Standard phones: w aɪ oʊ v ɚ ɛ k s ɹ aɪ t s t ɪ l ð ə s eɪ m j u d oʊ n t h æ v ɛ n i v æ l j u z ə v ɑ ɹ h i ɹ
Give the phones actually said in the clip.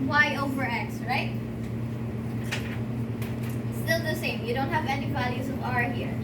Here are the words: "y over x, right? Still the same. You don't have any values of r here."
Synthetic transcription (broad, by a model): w aɪ oʊ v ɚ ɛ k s ɹ aɪ t s t ɪ l ð ə s eɪ m j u d oʊ n t h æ v ɛ n i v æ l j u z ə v ɑ ɹ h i ɹ